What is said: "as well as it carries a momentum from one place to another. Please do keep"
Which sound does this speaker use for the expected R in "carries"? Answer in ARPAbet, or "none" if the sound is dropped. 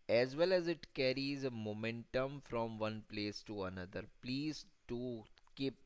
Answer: R